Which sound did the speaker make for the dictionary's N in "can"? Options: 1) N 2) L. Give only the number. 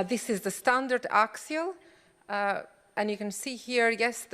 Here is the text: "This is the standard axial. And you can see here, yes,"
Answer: 1